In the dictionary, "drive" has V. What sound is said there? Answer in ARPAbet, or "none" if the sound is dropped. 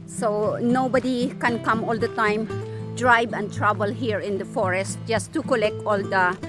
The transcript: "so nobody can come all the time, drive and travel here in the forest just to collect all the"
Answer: B